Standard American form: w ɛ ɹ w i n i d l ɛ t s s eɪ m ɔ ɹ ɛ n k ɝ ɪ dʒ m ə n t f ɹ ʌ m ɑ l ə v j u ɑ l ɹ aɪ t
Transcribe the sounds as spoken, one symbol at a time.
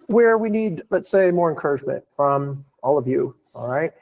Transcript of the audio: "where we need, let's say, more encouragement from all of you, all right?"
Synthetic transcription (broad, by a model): w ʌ ɹ w i n i d l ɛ t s s eɪ m ɔ ɹ ɛ n k ɝ ɪ dʒ m ə n t f ɹ ʌ m ɑ l ə v j u ɑ l ɹ aɪ t